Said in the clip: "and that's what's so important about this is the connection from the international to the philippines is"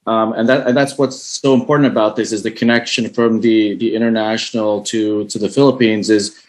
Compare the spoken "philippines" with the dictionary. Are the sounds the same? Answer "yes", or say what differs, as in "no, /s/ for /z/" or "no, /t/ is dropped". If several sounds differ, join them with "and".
yes